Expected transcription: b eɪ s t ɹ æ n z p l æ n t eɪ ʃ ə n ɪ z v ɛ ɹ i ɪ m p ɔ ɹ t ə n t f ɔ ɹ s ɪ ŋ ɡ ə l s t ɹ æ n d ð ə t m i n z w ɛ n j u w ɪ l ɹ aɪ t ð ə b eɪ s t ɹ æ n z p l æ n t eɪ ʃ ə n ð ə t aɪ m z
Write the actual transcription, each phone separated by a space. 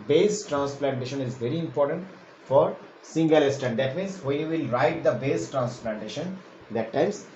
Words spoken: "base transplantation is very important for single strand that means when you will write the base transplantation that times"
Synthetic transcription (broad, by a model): b eɪ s t ɹ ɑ n s p l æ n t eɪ ʃ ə n ɪ z v ɛ ɹ i ɪ m p ɔ ɹ t ə n t f ɔ ɹ s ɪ ŋ ɡ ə l s t æ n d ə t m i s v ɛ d j u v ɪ l ɹ aɪ t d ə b eɪ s t ɹ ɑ n s p l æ n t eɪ ʃ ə n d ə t aɪ m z